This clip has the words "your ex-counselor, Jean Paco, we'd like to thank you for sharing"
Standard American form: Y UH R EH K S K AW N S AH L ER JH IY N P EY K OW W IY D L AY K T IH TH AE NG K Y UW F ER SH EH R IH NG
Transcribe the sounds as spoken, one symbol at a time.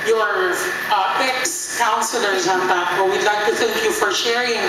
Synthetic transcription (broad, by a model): Y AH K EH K S K AW N S AH L ER Z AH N B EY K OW W IY D L AY K T IH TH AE NG K Y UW F ER SH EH R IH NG